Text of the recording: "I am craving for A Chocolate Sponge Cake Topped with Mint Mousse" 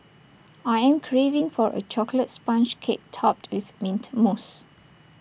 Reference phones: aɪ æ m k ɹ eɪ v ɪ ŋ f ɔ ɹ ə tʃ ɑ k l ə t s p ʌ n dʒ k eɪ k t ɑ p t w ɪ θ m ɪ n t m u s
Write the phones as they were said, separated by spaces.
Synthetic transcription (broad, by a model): aɪ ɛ m k ɹ eɪ v ɪ ŋ f ɔ ɹ ə tʃ ɑ k l ə t s p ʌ n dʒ k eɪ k t ɑ p t w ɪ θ m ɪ n t m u s